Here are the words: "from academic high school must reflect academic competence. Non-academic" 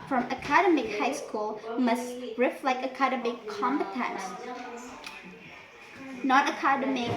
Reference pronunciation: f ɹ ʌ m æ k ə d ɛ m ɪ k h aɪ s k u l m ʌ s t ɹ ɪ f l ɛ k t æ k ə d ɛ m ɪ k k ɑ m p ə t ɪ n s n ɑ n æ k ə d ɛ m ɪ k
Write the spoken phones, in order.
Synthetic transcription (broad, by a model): f ɹ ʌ m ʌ k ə d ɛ m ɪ k h aɪ s k u l m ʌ s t ɹ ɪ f l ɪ k ʌ k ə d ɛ m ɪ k k ɑ m p ə t ɪ n s n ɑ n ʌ k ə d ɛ m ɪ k